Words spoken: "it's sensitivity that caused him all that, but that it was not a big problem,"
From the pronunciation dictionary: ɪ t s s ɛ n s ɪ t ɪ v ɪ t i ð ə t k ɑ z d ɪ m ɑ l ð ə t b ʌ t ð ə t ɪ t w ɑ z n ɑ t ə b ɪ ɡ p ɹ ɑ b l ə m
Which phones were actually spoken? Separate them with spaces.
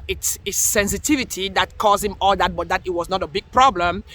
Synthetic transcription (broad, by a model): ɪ t s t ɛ n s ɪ t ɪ v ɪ t i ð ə t k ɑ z ɪ m ɑ l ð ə t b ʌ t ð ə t ɪ t w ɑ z n ɑ t ə b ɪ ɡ p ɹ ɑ b l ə m